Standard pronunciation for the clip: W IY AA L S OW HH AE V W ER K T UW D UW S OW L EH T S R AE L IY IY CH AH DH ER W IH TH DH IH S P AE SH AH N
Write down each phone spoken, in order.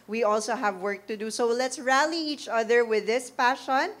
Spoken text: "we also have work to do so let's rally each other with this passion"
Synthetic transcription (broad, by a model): W IY AA L S OW HH AE V W ER K T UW D UW S OW L EH T S R AE L IY IY CH AH DH ER W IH DH IH S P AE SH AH N